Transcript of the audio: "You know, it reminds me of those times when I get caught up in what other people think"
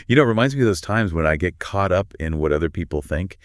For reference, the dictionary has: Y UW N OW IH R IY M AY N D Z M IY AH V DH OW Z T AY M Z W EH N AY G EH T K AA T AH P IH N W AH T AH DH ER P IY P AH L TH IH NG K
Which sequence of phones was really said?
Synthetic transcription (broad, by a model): Y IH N OW IH R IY M AY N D Z M IY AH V DH OW Z T AY M Z W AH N AY G EH T K AA T AH P IH N W AH T AH DH ER P IY P L TH IH NG K